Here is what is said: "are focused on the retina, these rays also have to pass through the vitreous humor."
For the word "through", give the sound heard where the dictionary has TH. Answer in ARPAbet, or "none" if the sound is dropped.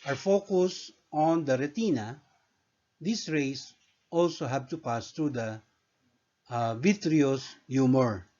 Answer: T